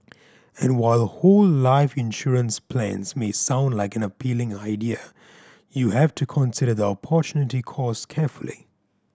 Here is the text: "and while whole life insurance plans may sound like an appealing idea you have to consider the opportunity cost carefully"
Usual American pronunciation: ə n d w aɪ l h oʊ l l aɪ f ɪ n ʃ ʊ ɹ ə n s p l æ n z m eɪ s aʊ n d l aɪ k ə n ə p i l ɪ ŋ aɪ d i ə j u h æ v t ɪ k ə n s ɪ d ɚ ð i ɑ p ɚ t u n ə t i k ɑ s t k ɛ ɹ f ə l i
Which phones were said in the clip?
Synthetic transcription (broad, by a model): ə n w aɪ l h oʊ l l aɪ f ɪ n ʃ ʊ ɹ ə n s p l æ n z m eɪ s aʊ n d l aɪ k ə n ə p i l ɪ ŋ aɪ d i ə j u h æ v t ɪ k ə n s ɪ d ɚ ð i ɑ p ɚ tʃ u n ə t i k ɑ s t k ɛ ɹ f ə l i